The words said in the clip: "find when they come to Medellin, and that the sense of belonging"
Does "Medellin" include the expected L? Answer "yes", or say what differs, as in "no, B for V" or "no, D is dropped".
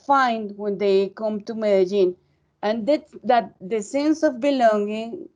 no, N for L